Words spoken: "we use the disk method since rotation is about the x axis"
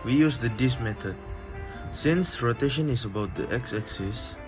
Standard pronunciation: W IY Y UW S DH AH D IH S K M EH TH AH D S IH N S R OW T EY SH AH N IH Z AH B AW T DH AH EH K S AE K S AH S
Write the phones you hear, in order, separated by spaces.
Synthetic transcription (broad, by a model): W IY Y UW S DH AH D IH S M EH T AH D S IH N S R OW T EY SH AH N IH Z AH B AW T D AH EH K S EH K S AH S